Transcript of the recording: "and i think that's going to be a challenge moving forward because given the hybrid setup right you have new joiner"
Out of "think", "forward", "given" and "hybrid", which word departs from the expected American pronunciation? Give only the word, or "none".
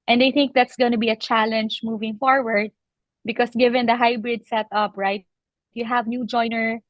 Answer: none